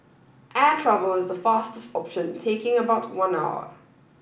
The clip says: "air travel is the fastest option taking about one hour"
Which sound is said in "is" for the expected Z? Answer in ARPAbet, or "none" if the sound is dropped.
Z